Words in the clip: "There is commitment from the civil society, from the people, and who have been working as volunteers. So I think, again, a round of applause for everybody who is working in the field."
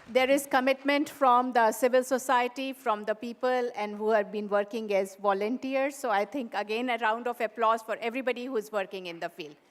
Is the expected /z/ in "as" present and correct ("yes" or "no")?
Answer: yes